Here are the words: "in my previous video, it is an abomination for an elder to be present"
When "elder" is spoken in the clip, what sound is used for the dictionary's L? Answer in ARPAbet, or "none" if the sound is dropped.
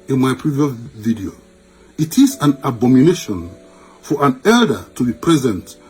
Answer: L